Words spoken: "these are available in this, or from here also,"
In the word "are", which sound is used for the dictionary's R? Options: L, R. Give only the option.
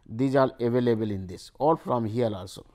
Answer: L